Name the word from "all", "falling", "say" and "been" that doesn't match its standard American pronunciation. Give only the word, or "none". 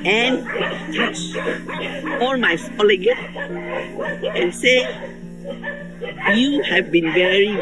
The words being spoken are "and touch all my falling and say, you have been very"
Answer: falling